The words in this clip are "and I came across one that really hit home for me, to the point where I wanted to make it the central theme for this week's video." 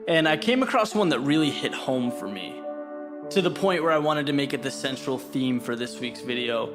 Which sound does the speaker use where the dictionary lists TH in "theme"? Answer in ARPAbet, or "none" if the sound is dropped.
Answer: TH